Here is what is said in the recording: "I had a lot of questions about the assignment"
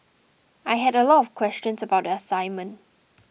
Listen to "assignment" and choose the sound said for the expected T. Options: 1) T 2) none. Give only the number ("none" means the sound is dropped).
1